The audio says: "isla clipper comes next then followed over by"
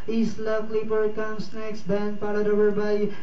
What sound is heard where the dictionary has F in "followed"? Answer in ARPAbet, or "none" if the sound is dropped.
P